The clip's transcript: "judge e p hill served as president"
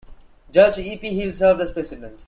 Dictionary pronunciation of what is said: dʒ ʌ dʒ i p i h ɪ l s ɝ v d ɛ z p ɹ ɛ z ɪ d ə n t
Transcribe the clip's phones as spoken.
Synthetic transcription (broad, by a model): dʒ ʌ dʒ i p i h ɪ l s ɝ v d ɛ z p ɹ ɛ s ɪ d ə n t